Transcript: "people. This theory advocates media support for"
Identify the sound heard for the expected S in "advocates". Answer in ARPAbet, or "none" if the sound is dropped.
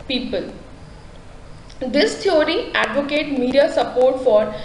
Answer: none